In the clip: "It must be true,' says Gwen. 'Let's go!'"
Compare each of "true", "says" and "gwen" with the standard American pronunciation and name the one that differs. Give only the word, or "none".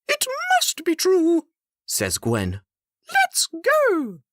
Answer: none